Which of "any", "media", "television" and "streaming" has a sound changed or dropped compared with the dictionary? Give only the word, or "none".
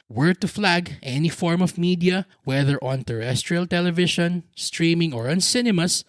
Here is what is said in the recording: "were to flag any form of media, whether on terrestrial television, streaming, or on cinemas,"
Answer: television